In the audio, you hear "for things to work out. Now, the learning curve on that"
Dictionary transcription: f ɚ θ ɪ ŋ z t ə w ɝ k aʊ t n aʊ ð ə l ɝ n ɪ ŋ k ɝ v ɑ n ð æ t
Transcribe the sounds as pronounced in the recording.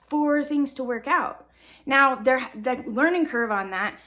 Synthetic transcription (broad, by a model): f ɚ θ ɪ ŋ z t ə w ɝ k aʊ t n aʊ ð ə l ɝ n ɪ ŋ k ɝ v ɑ n ð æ t